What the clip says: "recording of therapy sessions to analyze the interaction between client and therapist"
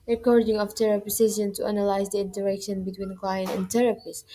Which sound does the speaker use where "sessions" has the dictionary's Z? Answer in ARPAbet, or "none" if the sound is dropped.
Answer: none